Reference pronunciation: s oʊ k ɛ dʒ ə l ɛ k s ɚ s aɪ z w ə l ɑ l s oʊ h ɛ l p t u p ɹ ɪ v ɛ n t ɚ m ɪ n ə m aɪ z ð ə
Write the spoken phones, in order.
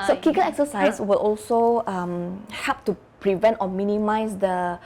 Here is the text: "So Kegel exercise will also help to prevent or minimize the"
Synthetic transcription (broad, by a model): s oʊ k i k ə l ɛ k s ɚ s aɪ s w ə l ɑ l s oʊ h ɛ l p t u p ɹ ɪ v ɛ n t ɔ m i n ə m aɪ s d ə